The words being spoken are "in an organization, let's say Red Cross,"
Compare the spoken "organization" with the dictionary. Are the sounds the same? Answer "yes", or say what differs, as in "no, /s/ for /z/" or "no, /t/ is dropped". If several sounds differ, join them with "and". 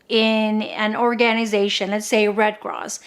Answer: yes